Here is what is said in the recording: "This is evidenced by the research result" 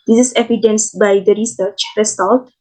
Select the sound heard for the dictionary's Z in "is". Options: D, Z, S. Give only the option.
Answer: S